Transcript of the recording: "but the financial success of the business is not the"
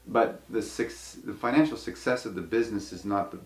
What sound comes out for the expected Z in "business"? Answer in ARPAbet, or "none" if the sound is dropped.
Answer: Z